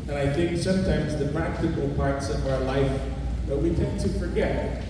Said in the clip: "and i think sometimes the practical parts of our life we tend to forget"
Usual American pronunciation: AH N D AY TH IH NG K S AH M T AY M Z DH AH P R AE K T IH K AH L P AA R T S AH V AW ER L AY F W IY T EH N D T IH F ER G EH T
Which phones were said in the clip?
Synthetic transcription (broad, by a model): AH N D AY TH IH NG K S AH M T AY M Z DH AH P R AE K T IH K L P AA R T S AH V AW ER L AY F W IY T EH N T IH F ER G EH T